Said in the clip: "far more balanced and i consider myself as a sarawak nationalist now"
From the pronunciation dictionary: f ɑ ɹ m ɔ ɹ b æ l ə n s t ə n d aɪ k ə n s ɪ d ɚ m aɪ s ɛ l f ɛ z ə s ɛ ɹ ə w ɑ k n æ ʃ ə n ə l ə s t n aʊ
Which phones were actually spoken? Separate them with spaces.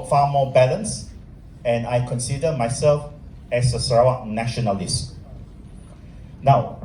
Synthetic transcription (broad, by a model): f ɑ m ɔ b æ l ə n s ə n aɪ k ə n s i d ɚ m aɪ s ɛ l f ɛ s ə s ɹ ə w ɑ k n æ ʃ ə n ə l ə s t n aʊ